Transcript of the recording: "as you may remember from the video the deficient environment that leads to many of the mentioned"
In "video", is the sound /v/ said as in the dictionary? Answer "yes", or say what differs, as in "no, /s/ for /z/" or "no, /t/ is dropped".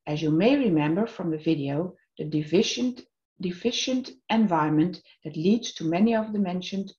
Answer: yes